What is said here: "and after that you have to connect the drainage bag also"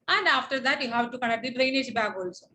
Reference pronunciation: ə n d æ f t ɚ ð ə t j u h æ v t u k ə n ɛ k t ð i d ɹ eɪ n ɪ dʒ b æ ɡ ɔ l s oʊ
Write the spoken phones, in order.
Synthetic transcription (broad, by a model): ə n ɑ f t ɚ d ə t j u h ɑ w t u k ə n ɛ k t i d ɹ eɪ n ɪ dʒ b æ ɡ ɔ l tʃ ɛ